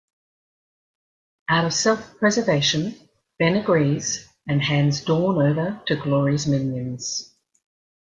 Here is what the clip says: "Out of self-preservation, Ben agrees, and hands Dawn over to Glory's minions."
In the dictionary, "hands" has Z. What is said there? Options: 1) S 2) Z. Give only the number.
2